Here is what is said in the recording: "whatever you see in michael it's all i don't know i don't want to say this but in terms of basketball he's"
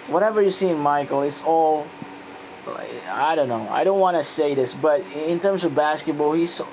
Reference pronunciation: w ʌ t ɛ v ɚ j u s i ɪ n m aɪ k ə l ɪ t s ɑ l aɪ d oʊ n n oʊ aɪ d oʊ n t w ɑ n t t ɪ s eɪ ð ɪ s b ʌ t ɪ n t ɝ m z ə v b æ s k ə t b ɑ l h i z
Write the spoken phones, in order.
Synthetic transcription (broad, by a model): w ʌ t ɛ v ɚ j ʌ s i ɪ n m aɪ k l ɪ t s ɑ l aɪ d oʊ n n oʊ aɪ d oʊ n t w ɑ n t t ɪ s eɪ ð ɪ s b ʌ t ɪ n t ɝ m z ə v b æ s k ə t b ɑ l h i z